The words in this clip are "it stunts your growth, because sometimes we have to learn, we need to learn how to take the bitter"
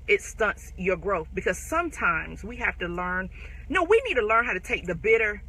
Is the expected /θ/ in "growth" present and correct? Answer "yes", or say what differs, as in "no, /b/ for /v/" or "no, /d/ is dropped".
yes